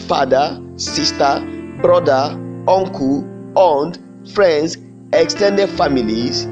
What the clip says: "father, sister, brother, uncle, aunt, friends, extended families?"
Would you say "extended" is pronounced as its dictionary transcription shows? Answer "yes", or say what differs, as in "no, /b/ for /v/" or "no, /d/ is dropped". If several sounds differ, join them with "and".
yes